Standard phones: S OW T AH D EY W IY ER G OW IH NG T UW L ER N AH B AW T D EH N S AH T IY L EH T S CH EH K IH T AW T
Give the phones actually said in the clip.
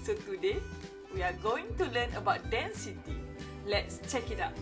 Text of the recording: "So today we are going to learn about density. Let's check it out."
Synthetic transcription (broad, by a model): S OW T AH D EY W IY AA G OW IH NG T UW L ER N AH B AW T D EH N S AH T IY L EH T S CH EH K IH T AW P